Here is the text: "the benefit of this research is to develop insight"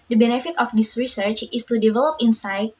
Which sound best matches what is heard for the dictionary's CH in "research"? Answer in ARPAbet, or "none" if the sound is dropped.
CH